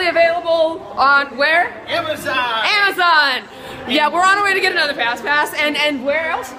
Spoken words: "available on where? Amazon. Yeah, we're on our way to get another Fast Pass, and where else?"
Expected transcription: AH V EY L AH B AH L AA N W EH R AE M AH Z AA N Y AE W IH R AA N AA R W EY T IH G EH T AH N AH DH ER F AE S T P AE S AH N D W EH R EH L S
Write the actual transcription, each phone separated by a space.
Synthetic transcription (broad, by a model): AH V EY L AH B L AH N W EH R AE M AH Z AA N Y AE W IH R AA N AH W EY T IH G EH T AH N AH DH ER P AE S P AE S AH N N W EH R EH L S